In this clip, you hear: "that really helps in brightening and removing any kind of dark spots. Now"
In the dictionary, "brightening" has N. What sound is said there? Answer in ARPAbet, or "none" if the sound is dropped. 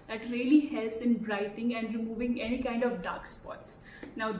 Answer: none